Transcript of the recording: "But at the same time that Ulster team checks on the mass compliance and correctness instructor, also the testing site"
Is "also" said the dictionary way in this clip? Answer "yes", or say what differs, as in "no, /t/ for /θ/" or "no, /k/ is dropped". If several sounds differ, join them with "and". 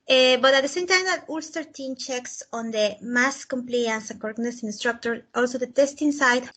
yes